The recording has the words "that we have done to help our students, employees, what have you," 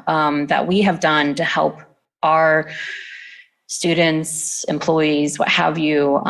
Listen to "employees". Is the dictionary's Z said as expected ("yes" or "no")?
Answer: yes